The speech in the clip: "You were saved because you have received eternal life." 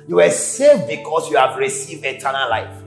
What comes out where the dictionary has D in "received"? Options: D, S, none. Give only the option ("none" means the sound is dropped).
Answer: D